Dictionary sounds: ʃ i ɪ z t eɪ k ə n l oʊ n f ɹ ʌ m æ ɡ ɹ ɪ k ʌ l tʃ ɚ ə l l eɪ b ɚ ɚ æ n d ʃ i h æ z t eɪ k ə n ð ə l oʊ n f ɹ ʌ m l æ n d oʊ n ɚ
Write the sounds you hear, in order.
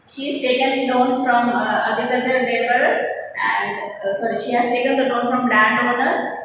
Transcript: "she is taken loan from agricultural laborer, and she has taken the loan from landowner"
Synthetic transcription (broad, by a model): ʃ i ɪ z t eɪ k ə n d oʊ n f ɹ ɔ m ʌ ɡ ɪ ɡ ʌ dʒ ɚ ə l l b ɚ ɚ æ n d ʃ i h æ z t eɪ k ə n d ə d oʊ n f ɹ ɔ m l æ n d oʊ n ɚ